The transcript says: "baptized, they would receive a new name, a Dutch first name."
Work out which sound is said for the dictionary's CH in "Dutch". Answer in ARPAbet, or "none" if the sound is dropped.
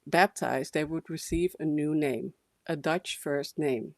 CH